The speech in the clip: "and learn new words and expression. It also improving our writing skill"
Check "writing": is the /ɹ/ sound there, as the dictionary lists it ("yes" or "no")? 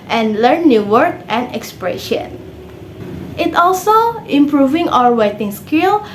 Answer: no